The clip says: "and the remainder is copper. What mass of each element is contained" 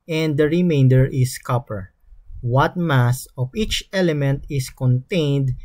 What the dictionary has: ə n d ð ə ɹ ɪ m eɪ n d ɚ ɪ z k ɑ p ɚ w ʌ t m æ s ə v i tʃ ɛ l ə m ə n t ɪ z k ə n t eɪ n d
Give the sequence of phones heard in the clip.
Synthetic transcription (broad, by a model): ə n d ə ɹ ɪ m eɪ n d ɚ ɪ s k ɑ p ɚ w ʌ t m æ s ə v i tʃ ɛ l ə m ə n t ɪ s k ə n t eɪ n d